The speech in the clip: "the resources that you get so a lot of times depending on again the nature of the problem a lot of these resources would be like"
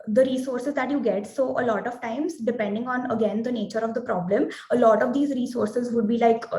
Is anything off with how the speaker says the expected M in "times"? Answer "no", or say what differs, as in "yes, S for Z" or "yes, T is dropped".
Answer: no